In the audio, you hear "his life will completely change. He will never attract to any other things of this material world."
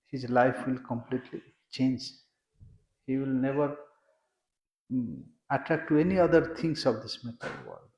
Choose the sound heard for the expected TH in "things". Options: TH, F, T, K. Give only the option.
T